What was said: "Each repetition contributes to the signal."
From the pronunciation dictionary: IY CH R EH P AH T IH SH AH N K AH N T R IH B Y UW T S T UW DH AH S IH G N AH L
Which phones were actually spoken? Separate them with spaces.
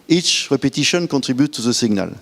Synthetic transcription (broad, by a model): IY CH R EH P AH T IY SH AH N K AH T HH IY B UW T T UW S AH S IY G N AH L